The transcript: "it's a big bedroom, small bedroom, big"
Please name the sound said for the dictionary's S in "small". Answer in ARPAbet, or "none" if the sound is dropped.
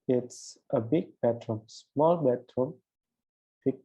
S